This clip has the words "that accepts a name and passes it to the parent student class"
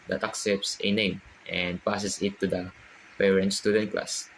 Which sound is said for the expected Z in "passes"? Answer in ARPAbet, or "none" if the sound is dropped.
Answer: S